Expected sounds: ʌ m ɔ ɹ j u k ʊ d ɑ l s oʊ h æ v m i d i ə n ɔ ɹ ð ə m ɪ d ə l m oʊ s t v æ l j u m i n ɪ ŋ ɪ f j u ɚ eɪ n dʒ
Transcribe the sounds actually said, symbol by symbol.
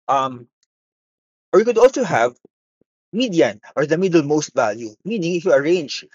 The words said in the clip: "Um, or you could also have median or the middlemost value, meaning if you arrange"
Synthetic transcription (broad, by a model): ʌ m ɔ ɹ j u k ʊ d ɑ l s oʊ h æ v m i d i ə n ɔ ɹ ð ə m ɪ d ə l m oʊ s t v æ l j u m i n ɪ ŋ ɪ f j u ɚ eɪ n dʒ